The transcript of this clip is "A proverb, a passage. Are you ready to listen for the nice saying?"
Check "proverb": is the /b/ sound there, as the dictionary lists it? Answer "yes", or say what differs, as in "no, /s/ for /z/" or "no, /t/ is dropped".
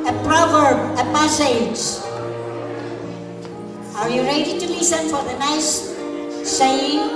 yes